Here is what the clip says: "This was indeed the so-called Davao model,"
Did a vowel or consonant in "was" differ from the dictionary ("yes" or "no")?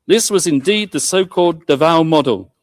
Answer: no